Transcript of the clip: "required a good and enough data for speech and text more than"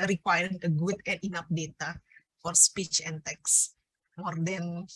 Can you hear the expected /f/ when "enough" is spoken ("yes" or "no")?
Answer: no